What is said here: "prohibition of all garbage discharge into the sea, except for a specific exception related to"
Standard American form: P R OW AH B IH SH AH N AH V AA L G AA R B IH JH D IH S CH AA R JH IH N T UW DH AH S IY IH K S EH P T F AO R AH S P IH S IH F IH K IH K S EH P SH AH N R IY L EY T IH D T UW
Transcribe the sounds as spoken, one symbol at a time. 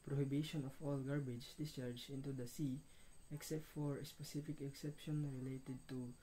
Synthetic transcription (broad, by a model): P R OW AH B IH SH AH N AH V AA L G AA R B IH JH D IH S CH AA R JH IH N T UW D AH S IY IH K S EH P T F AO R AH S P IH S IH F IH K IH K S EH P SH AH N R IY L EY T IH D T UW